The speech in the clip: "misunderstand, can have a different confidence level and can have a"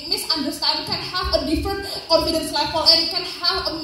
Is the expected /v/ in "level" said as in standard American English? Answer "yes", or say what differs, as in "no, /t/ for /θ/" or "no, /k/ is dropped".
no, /f/ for /v/